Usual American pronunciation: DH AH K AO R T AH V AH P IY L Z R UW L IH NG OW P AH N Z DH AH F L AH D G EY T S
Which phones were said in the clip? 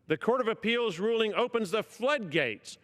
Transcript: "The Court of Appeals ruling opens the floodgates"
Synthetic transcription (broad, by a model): DH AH K AO R T AH V AH P IY L Z R UW L IH NG OW P AH N Z DH AH F L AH D G EY T S